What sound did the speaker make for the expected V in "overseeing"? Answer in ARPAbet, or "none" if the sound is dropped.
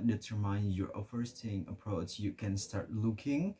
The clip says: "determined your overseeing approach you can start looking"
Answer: F